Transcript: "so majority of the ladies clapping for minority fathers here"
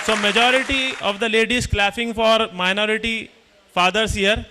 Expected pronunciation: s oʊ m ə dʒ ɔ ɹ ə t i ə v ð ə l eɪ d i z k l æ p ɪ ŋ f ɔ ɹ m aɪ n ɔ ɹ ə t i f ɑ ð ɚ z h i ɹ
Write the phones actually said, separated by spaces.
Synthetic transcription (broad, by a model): s oʊ m ə dʒ ɔ ɹ ə t i ə v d ə l eɪ d i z k l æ f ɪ ŋ f ɔ ɹ m aɪ n ɔ ɹ ə t i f ɑ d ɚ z h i ɹ